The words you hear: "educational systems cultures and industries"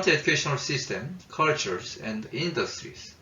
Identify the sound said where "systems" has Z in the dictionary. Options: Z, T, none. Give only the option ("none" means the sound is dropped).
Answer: none